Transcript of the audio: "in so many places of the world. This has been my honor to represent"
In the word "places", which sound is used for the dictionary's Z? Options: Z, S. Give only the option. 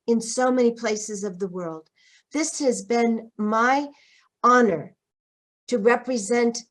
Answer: Z